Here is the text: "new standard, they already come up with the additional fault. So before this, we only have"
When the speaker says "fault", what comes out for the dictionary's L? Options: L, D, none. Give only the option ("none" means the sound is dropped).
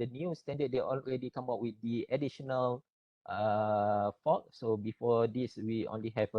none